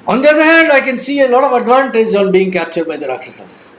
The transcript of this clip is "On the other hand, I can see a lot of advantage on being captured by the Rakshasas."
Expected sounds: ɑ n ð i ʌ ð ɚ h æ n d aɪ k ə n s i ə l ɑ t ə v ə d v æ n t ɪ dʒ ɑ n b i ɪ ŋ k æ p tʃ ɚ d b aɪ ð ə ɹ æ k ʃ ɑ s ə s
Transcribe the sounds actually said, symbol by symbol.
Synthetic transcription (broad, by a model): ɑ n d i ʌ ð ɚ h æ n d aɪ k ə n s i ə l ɑ t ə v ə d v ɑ n t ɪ dʒ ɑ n b i ɪ ŋ k æ p tʃ ɚ d b aɪ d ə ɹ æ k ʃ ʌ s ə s